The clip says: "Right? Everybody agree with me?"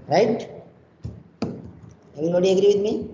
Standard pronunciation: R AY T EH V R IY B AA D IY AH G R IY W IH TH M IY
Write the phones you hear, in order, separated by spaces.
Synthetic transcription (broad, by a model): R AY T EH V IY AA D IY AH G R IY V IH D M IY